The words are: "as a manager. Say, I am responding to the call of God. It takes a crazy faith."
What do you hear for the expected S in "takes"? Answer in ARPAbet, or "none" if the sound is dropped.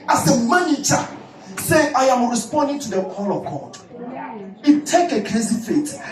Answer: none